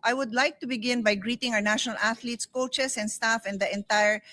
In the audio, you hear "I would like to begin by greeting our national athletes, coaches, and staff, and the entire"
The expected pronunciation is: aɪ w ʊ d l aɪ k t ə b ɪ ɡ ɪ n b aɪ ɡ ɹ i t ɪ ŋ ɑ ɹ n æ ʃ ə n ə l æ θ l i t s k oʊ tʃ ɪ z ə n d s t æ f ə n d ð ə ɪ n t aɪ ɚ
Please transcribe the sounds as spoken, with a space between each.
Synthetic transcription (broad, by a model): aɪ w ʊ d l aɪ k t ə b ɪ ɡ ɪ n b aɪ ɡ ɹ i t ɪ ŋ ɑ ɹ n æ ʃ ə n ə l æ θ l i t s k oʊ tʃ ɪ s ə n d s t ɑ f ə n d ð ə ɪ n t aɪ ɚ